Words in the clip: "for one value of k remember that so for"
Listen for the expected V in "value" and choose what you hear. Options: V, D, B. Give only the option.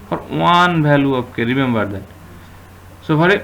B